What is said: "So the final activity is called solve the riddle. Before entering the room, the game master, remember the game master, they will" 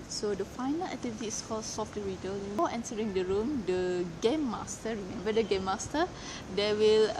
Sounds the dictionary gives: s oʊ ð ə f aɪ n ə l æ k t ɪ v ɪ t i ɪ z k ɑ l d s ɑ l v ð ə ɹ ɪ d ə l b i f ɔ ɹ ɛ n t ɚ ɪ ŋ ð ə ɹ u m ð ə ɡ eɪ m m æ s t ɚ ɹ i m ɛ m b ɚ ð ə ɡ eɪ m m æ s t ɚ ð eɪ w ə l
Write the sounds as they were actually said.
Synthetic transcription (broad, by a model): s oʊ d ə f aɪ n ə l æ k t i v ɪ t i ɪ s k ɑ l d s ɑ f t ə ɹ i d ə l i ɔ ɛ n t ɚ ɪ ŋ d ə ɹ u m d ə ɡ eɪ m m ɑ s t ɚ ɹ i m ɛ m b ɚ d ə ɡ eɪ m m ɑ s t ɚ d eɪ w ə l